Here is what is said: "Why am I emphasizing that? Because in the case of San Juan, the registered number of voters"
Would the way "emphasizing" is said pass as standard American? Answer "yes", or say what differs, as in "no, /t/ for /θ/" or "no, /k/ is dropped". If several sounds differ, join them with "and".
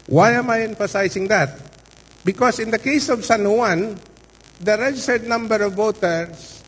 no, /s/ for /z/